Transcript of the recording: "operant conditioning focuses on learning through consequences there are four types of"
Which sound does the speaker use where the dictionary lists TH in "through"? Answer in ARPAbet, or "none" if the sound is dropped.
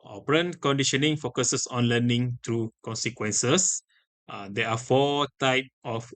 T